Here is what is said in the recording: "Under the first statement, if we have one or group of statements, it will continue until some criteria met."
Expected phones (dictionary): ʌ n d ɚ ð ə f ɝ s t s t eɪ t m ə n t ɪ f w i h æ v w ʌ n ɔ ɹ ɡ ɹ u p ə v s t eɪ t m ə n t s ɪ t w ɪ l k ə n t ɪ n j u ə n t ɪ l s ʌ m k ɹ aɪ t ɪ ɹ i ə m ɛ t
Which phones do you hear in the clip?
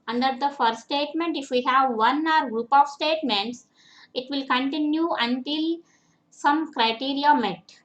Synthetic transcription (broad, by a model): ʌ n d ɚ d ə f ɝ t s t eɪ t m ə n t ɪ f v i h æ v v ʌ n ɔ ɹ ɡ ɹ u p ə v s t eɪ t m ə n t s ɪ t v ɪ l k ə n t ɪ n j u ə n t ɪ l s ʌ m k ɹ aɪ t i ɹ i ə m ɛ t